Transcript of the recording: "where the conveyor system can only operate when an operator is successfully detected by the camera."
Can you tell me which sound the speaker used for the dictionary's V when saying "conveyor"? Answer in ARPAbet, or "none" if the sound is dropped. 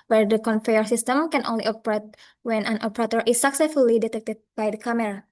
F